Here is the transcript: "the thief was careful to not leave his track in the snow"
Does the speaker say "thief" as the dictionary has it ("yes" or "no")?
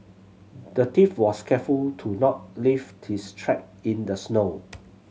no